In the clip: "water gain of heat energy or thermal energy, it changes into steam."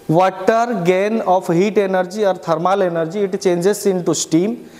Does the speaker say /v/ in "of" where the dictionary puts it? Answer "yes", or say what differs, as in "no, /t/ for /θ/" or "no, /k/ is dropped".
no, /p/ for /v/